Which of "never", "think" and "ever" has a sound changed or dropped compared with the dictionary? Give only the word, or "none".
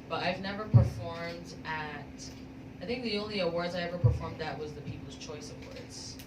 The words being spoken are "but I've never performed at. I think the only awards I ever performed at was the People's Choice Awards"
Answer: none